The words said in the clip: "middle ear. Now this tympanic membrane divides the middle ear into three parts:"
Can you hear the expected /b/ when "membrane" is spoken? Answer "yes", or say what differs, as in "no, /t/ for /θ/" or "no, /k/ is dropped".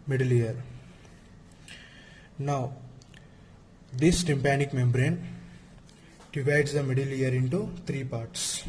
yes